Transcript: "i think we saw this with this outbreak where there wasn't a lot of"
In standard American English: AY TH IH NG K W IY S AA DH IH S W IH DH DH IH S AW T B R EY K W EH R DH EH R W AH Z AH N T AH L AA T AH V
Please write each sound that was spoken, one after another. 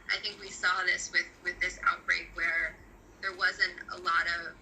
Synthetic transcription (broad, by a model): AY TH IH NG K W IY S AA DH IH S W IH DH DH IH S AW T B R EY K W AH R DH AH R W AH Z AH N T AH L AA T AH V